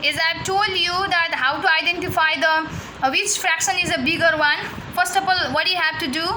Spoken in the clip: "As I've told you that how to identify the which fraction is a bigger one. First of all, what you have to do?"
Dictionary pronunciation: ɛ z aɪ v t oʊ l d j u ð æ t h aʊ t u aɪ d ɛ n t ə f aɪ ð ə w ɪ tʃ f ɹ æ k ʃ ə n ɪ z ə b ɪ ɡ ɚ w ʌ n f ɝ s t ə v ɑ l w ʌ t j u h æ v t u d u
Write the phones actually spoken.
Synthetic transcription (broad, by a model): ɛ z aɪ t oʊ l d j u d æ t h aʊ t u aɪ d ɛ n t ə f aɪ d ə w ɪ tʃ f ɹ æ k ʃ ə n ɪ z ə b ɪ ɡ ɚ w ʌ n f ɝ s t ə f ɑ l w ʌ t j u h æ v t u d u